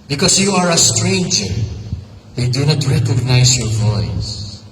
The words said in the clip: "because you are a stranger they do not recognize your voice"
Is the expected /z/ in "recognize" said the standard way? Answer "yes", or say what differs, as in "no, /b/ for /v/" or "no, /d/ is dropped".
no, /s/ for /z/